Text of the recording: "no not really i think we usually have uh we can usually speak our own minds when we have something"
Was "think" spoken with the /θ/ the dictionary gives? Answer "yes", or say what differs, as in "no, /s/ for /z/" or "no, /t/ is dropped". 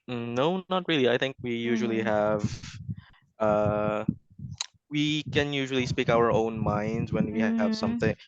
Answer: yes